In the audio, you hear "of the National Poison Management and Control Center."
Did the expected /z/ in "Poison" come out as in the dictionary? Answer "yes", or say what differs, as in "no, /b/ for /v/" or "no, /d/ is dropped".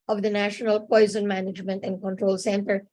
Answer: yes